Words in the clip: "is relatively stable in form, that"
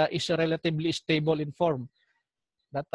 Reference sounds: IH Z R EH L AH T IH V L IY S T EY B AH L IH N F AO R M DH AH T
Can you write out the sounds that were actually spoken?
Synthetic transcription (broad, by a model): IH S R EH L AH T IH B L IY S T EY B AH L IH N F AO R M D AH T